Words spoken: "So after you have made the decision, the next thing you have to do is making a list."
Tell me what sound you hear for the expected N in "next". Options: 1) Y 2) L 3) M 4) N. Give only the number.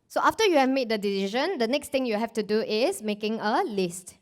4